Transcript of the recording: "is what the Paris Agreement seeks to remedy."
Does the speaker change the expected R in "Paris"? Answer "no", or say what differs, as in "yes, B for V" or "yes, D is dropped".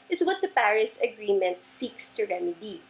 no